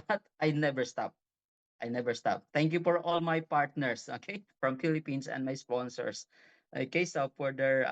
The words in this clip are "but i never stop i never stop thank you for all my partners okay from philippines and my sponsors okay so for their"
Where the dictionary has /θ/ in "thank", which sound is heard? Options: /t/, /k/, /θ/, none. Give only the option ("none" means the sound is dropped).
/t/